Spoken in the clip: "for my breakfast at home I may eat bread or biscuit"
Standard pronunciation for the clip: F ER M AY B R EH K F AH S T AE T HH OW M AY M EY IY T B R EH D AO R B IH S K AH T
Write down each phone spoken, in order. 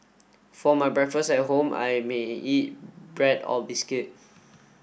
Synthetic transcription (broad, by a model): F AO M AY B R EH K F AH S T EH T HH OW M AY M EY IY T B R EH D AO L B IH S K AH T